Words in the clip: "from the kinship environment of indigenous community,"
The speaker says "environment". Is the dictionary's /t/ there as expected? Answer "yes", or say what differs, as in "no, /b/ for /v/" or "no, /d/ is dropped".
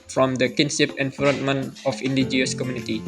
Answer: no, /t/ is dropped